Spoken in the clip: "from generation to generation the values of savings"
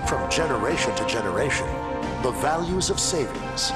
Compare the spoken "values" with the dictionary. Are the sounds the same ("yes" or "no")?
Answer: yes